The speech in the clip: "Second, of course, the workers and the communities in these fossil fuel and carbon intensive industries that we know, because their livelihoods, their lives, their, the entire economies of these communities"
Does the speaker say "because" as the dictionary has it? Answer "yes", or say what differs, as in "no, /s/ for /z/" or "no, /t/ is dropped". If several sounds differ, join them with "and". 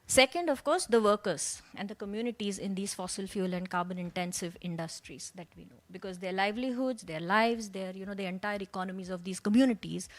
yes